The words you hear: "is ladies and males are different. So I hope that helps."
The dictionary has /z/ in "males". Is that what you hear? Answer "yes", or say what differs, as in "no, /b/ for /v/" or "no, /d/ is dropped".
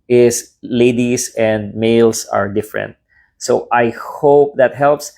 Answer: no, /s/ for /z/